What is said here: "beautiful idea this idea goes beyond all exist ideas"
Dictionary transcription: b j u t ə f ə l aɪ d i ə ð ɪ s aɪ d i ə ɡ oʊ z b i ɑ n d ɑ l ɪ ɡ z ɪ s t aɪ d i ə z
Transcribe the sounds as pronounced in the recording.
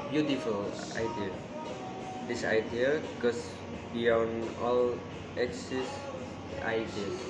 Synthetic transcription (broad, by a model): b j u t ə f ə l aɪ d i ə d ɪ s aɪ d i ə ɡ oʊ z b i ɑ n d ɑ l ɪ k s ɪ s aɪ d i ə